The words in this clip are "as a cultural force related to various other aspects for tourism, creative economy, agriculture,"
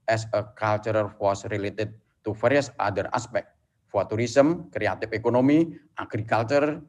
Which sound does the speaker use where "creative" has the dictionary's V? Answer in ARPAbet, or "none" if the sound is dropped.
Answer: F